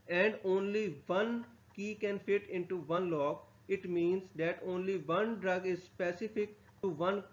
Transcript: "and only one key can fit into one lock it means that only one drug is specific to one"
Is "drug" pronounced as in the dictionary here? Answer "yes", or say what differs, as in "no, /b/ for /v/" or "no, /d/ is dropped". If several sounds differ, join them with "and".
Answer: yes